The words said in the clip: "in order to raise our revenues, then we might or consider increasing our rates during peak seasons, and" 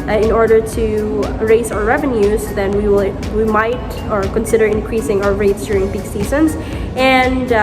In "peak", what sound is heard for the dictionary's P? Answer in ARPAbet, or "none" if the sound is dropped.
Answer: B